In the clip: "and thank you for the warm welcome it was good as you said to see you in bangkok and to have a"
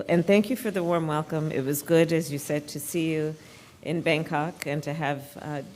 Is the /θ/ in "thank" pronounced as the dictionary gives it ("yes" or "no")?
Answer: yes